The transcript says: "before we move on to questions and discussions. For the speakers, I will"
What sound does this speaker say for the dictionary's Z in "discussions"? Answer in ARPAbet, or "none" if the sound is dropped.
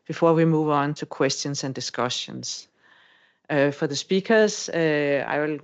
S